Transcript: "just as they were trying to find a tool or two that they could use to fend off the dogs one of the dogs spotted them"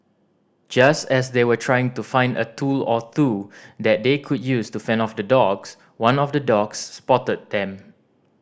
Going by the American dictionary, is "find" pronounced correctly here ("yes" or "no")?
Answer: yes